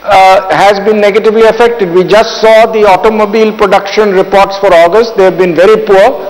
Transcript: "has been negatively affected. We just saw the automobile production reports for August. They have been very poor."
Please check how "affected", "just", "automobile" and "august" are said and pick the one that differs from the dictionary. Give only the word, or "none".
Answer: none